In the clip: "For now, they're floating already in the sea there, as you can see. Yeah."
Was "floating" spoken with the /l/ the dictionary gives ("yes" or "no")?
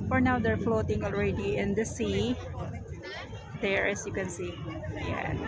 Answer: yes